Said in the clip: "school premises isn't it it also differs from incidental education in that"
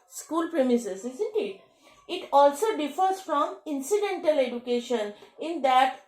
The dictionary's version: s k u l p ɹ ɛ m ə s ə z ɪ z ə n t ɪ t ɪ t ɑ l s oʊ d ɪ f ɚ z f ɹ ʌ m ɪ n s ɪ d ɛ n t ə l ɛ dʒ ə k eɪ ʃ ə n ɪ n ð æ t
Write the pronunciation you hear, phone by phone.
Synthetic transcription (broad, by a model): s k u l p ɹ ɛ m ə s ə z ɪ z ə n t ɪ t ɪ t ɑ l s oʊ d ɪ f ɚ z f ɹ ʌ m ɪ n s ɪ d ɛ n t ə l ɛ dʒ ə k eɪ ʃ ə n ɪ n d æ t